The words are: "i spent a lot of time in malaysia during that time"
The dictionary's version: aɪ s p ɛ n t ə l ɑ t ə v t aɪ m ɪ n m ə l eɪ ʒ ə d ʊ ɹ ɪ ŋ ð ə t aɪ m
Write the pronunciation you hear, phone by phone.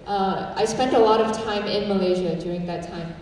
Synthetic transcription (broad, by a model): aɪ s p ɛ n t ə l ɑ t ə v t aɪ m ɪ n m ə l eɪ ʒ ə d ʊ ɹ ɪ ŋ ð ə t aɪ m